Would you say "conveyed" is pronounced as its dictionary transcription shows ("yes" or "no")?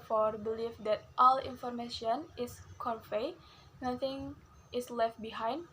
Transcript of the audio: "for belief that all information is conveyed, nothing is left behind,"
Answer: no